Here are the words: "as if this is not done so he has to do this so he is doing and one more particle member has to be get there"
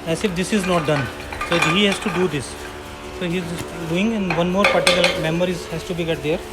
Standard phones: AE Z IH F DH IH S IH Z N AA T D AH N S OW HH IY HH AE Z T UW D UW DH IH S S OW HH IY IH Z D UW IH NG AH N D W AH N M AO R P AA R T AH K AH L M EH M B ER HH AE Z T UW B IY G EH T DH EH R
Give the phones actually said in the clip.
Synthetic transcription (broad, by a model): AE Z IH F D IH S IH Z N AA T D AH N S OW HH IY HH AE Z T UW D UW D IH S S OW HH IY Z D UW IH NG AH N D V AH N M AO R P AA R T AH K AH L M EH M ER HH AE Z T UW B IY G EH T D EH R